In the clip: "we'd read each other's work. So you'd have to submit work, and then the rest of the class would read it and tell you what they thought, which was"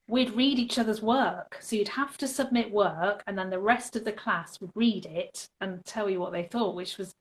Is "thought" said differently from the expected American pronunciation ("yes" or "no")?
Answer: no